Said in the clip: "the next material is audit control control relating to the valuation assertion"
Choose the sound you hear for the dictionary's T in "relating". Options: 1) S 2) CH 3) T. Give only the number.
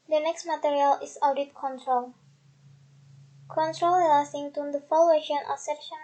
1